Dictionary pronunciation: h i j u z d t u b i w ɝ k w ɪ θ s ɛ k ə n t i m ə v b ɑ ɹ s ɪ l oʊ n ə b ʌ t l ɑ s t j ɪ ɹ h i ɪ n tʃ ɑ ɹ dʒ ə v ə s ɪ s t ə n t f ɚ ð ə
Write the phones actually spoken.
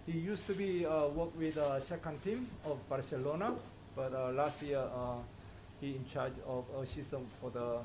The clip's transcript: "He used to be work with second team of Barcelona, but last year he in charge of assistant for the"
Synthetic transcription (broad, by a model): h i j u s t u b i w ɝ k w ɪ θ s ɛ k ə n t i m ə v b ɑ ɹ s ɪ l oʊ n ə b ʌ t l ɑ s t j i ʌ h i ɪ n tʃ ɑ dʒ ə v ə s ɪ s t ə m f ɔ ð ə